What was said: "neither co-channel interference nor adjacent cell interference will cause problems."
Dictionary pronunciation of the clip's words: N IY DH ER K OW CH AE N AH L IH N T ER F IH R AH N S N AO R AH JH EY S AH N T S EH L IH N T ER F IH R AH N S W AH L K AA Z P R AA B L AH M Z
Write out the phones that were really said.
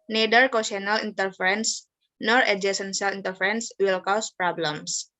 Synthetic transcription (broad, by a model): N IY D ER K OW S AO N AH L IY N T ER F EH R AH N S N AO R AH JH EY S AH N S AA L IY N T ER F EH R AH N S W AH L K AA S P R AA B L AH M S